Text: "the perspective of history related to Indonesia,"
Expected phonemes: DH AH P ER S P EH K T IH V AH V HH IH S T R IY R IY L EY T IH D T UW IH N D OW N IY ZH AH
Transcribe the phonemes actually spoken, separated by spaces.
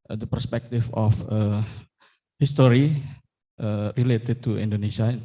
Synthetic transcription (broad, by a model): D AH P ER S P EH K T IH F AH F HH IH S T R IY R IY L EY T IH D T UW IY N D OW N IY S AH